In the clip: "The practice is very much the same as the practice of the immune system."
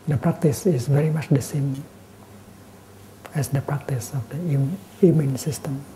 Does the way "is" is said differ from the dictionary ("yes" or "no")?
yes